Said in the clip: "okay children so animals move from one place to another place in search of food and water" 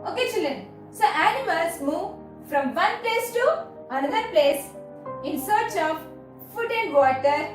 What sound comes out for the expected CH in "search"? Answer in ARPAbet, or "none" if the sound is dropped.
CH